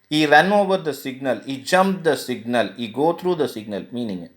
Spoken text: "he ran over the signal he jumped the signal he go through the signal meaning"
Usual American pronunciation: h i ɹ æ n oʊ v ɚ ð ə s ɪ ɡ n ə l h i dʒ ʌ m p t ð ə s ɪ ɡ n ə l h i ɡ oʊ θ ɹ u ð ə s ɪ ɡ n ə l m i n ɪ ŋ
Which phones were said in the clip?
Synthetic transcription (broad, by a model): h i ɹ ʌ n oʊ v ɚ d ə s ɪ ɡ n ə l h i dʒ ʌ m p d ə s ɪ ɡ n ə l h i ɡ oʊ t ɹ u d ə s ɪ ɡ n ə l m i n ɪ ŋ